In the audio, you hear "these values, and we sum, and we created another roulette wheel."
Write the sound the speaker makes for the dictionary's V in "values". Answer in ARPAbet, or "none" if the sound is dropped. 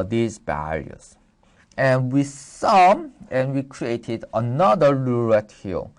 B